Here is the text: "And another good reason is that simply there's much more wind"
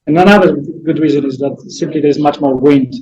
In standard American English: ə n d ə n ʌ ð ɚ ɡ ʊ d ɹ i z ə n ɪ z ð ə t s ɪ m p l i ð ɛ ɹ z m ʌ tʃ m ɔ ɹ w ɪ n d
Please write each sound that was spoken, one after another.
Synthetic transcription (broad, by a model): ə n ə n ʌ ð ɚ ɡ ʊ d ɹ i z ə n ɪ z ð ə t s ɪ m p l i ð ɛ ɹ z m ʌ tʃ m ɔ ɹ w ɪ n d